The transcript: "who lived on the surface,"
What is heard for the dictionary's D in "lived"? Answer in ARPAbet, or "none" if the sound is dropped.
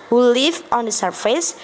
none